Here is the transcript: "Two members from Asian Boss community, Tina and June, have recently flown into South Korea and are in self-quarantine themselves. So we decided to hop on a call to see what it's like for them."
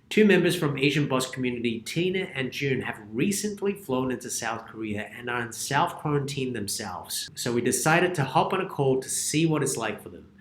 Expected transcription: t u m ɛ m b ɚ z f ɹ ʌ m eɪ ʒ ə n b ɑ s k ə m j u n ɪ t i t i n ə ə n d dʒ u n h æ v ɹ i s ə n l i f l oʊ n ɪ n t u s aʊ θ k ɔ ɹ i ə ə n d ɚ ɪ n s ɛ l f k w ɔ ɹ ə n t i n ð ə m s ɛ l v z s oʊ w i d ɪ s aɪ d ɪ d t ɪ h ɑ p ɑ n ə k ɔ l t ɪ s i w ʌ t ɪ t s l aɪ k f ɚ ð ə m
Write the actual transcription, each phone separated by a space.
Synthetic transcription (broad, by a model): t u m ɛ m b ɚ z f ɹ ʌ m eɪ ʒ ə n b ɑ s k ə m j u n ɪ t i t i n ə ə n dʒ u n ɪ v ɹ i s ə n l i f l oʊ n ɪ n t u s aʊ θ k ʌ ɹ i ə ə n ɚ ɪ n s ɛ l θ k w ɔ ɹ ə n t i n ð ə m s ɛ l v z s oʊ w i d ɪ s aɪ d ɪ d t ɪ h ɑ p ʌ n ə k ɔ l t ɪ s i w ʌ t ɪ t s l aɪ k f ɚ ð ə m